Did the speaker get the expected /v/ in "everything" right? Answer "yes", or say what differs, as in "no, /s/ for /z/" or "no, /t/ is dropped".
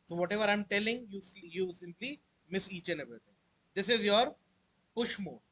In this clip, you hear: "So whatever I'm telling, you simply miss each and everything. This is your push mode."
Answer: no, /b/ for /v/